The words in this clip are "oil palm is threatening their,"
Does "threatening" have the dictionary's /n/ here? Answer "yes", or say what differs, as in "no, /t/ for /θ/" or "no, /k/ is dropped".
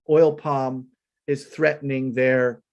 yes